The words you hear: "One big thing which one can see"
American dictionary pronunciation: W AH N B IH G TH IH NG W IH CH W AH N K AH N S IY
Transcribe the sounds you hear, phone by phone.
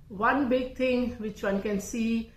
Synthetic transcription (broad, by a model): W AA N B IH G T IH NG W IH CH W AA N K AH N S IY